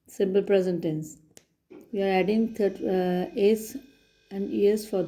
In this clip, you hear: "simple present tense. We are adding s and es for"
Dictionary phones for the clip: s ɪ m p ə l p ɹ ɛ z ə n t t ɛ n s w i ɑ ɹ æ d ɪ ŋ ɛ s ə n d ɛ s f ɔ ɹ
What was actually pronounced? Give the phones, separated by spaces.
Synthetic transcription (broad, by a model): s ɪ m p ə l p ɹ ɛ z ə n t t ɛ n s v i ɑ ɹ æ d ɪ ŋ ɛ s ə n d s f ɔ ɹ